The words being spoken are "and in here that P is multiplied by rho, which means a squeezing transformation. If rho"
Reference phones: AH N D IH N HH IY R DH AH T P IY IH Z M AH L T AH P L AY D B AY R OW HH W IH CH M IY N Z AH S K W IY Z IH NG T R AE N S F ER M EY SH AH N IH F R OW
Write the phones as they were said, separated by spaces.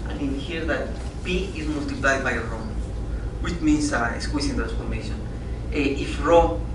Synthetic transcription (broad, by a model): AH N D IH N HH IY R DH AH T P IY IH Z M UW L T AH P L AY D B AY R OW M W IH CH M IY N S AH S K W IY S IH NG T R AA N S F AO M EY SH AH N IH F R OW